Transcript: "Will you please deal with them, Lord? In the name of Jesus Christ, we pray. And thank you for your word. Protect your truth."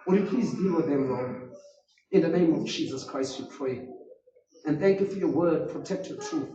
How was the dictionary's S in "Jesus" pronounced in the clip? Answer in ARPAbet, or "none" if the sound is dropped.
S